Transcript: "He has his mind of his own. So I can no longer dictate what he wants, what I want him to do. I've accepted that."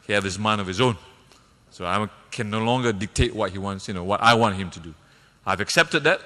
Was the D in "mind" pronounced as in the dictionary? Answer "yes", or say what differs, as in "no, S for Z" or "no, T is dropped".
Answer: no, D is dropped